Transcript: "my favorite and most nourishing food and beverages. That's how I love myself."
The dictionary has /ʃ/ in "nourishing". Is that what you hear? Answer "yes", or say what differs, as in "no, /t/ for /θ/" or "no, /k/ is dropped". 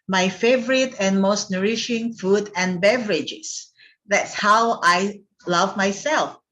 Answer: yes